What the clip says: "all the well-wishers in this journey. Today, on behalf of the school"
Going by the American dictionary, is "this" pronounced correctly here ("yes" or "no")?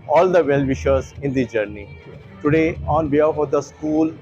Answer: no